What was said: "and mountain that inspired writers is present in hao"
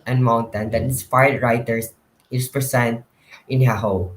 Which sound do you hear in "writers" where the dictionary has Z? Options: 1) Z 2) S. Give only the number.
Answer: 2